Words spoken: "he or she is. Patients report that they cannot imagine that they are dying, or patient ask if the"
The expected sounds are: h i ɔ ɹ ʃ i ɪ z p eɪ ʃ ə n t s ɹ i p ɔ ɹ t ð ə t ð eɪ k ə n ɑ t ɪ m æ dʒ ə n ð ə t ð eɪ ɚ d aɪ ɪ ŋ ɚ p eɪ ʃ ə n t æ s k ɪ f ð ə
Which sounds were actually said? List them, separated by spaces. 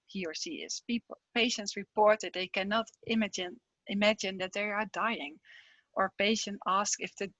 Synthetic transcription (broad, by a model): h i ɔ ɹ s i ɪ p p eɪ ʃ ə n t s ɹ i p ɔ ɹ t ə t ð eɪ k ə n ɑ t ɪ m æ dʒ ə n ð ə t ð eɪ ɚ d aɪ ɪ ŋ ɚ p eɪ ʃ ə n t æ s k ɪ f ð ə